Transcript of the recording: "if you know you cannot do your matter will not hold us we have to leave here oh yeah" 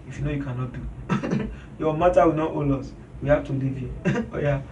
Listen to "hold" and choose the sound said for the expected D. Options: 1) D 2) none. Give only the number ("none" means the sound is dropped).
2